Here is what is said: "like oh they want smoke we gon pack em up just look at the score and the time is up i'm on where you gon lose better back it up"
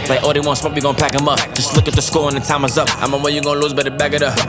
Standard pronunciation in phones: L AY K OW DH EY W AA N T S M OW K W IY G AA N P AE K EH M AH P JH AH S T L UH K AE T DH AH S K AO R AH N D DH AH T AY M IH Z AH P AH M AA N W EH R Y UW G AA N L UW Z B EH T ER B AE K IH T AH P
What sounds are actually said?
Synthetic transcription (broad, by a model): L AY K OW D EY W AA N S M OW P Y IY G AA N P AE K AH M AH P JH AH S T L UH K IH T DH AH S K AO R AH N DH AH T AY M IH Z AH P AH M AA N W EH Y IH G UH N L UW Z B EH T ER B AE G IH T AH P